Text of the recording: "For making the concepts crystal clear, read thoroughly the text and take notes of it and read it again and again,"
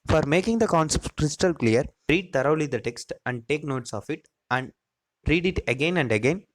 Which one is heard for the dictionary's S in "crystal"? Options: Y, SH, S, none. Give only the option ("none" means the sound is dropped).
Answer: S